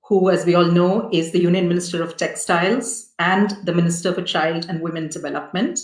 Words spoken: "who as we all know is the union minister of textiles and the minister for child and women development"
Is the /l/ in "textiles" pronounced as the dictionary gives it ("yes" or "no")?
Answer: yes